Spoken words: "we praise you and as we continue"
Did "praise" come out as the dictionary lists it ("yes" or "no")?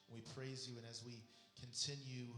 yes